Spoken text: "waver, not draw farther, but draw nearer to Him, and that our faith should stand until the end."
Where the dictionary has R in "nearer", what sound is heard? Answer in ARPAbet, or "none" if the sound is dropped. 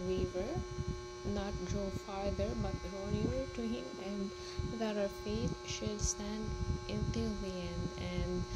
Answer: none